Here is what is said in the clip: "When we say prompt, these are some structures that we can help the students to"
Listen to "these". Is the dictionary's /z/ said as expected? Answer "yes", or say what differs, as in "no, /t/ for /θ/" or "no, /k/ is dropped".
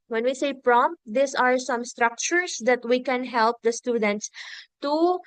no, /s/ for /z/